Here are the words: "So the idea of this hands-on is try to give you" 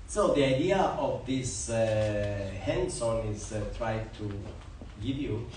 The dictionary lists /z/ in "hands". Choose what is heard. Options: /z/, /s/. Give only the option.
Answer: /s/